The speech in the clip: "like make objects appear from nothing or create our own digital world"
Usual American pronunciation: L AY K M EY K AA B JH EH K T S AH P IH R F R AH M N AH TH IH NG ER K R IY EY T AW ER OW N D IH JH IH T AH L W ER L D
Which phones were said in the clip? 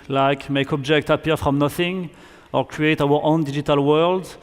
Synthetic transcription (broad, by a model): L AY K M EY K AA B JH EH K T AH P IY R F R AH M N AH TH IH NG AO K R IY EY T AW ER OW N D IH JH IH T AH L W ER L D